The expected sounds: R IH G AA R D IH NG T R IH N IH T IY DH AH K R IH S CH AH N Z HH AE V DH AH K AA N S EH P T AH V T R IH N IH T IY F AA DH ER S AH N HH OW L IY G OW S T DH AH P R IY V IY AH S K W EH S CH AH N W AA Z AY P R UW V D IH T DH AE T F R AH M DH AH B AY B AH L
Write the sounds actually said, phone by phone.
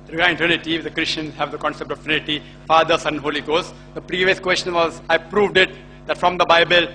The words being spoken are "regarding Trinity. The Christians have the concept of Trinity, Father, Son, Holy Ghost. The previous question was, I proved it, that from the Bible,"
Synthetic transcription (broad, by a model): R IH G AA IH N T AH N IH T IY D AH K R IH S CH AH N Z HH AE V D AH K AA N S EH P T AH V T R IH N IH T IY F AA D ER S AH N HH OW L IY G OW S T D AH P R IY V IY AH S K W EH S CH AH N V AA Z AY P R UW V D IH T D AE T F R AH M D AH B AY B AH L